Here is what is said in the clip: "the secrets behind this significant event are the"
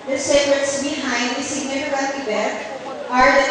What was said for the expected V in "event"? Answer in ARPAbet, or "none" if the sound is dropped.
B